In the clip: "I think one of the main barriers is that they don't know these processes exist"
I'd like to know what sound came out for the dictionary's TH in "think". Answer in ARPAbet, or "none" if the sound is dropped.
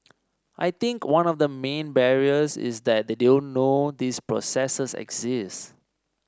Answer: T